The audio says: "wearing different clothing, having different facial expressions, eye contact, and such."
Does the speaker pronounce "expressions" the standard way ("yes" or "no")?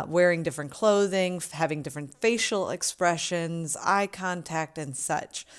yes